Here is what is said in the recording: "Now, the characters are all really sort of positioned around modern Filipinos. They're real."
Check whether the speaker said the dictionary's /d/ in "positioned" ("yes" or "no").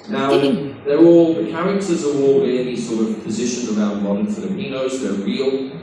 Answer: no